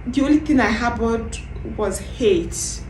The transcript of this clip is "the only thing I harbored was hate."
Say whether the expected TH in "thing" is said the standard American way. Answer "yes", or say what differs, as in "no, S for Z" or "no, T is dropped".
no, T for TH